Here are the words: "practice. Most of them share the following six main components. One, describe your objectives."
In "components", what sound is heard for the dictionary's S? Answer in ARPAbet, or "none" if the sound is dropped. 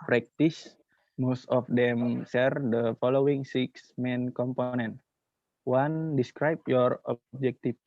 none